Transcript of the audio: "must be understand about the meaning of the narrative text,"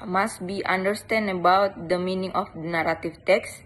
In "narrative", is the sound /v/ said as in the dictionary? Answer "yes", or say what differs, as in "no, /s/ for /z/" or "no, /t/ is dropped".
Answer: no, /f/ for /v/